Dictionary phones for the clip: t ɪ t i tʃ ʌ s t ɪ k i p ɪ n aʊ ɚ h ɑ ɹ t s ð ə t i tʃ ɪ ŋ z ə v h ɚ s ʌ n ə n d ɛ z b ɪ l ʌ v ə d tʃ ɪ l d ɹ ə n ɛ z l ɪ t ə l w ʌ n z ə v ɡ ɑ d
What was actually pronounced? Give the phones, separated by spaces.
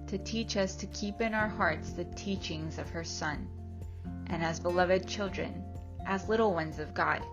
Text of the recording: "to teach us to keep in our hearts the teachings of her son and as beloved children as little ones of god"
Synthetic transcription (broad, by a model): t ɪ t i tʃ ʌ s t ɪ k i p ɪ n aʊ ɚ h ɑ ɹ t s ð ə t i tʃ ɪ ŋ z ə v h ɚ s ʌ n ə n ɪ z b ɪ l ʌ v ə d tʃ ɪ l d ɹ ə n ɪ z l ɪ t l w ʌ n z ə v ɡ ɑ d